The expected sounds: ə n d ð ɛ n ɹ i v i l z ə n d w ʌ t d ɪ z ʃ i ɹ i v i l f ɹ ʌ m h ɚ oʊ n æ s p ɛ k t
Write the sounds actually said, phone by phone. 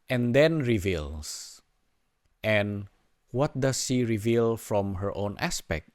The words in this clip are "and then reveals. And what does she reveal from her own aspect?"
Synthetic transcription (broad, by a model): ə n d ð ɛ n ɹ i v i l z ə n w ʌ t d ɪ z ʃ i ɹ i v i l f ɹ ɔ m h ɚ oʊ n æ s p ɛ k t